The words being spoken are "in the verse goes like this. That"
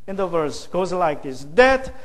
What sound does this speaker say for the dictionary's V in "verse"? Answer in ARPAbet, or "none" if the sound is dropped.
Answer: V